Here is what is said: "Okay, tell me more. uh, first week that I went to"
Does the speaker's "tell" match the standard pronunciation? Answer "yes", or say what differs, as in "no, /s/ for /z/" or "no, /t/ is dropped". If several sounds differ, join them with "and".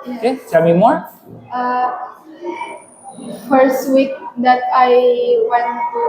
no, /s/ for /t/